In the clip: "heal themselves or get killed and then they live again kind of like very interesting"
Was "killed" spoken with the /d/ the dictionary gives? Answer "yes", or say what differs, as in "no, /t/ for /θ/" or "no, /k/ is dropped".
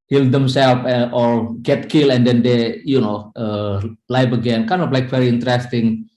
no, /d/ is dropped